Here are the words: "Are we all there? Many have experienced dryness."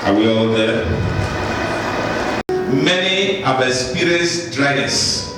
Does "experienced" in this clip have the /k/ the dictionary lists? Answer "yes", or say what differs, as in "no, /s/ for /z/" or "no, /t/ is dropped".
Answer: no, /k/ is dropped